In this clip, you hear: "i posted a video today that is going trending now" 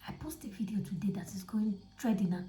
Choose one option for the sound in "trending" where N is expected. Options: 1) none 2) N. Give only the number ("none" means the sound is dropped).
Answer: 1